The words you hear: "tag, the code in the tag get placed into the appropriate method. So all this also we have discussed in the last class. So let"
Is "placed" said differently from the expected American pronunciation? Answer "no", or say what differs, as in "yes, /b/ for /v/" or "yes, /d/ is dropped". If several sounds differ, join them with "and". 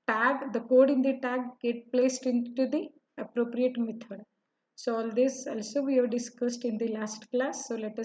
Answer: no